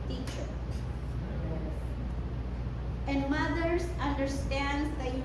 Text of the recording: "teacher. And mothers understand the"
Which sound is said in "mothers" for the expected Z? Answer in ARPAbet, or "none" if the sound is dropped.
S